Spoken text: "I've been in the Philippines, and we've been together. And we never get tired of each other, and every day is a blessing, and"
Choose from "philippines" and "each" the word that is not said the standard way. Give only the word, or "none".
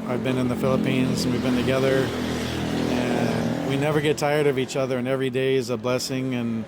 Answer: none